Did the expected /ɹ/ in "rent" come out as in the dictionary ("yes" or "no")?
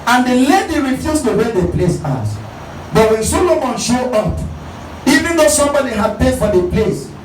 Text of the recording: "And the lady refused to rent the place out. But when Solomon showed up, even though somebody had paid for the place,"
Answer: no